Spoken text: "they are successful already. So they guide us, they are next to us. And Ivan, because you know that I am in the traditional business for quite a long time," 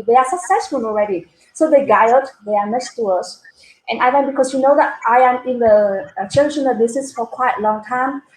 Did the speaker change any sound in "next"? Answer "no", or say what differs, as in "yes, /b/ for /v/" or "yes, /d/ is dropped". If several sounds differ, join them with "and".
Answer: yes, /k/ is dropped